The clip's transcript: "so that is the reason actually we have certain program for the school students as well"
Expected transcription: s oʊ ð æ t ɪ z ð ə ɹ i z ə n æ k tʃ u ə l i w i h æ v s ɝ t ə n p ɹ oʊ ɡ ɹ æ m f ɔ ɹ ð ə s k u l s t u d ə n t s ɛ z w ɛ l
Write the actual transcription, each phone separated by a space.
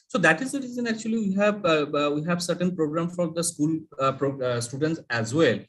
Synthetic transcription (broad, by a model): s oʊ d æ t ɪ z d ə ɹ i z ə n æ k tʃ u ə w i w i h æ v s ɝ t ə n p ɹ oʊ ɡ ɹ æ m f ɔ ɹ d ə s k u l s t u d ə n t s ɛ z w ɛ l